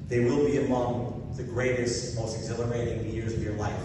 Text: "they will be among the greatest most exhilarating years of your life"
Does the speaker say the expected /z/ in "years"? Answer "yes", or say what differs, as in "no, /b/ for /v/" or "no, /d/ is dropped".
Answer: yes